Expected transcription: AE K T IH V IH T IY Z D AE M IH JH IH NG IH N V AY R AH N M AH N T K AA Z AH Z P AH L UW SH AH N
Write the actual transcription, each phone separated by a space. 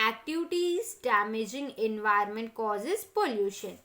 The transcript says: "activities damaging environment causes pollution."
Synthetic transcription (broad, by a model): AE K T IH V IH T IY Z D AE M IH JH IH NG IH N V AY AH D M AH N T K AA Z AH Z P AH L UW SH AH N